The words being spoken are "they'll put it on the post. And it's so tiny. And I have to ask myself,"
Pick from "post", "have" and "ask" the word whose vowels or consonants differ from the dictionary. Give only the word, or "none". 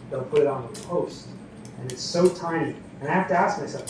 have